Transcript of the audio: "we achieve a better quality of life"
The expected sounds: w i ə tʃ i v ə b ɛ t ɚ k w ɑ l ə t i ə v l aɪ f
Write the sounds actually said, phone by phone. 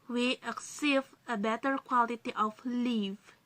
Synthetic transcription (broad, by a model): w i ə s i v ə b ɛ t ɚ k w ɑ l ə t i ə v l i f